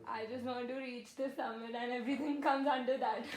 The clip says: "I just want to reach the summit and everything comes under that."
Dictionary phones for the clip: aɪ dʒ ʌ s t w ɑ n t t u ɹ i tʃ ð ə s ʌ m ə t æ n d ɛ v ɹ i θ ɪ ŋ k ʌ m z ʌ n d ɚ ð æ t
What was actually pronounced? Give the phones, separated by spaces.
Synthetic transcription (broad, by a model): aɪ dʒ ʌ s t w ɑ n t t u ɹ i tʃ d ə s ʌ m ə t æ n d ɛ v ɹ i t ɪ ŋ k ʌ m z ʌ n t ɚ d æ t